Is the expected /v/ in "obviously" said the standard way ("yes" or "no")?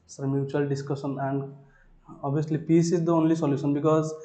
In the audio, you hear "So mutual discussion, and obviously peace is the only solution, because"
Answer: no